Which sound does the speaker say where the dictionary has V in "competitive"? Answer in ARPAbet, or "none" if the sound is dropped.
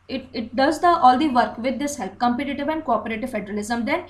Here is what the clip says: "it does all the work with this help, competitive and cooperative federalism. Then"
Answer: V